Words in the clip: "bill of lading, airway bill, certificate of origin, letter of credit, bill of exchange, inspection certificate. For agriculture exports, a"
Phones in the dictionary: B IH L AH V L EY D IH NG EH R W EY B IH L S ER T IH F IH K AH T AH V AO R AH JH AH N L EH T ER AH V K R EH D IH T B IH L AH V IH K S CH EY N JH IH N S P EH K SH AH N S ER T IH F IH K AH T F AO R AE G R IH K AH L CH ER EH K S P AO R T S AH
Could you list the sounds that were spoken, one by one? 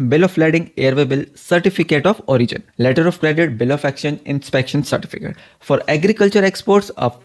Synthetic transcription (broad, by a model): B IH L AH F L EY D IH NG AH R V EY B IH L S ER T IH F IH K AH T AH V AO R AH JH AH N L EH T ER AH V K R EH D IH T B IH L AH F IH K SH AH N IH N S P EH K SH AH N S ER T IH F IH K AH T F AO R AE G R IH K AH L CH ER EH K S P AO R T S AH